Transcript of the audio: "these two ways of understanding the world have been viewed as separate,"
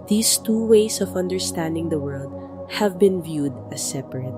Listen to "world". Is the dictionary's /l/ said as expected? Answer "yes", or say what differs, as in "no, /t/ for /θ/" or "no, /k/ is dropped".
yes